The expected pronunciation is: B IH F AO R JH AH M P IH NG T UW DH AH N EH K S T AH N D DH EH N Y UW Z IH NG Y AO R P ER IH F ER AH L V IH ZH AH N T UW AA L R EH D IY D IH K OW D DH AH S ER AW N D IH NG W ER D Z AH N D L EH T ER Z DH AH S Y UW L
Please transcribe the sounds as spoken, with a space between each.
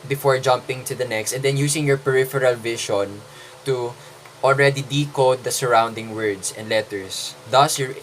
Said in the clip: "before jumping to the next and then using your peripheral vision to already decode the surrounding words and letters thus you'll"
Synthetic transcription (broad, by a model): B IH F AO R JH AH M P IH NG T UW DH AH N EH K S T AH N D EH N Y UW S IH NG Y AO R P ER IH F ER AH L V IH SH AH N T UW AA L R EH D IY D IH K OW D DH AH S ER AW N D IH NG W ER D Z AH N D L EH T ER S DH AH S Y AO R